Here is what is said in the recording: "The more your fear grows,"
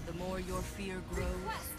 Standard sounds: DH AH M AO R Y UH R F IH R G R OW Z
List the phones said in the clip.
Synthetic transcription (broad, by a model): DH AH M AO R Y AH R F IH R G R OW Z